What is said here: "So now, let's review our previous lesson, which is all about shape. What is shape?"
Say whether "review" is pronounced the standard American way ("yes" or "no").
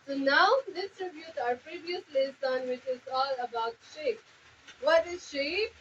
no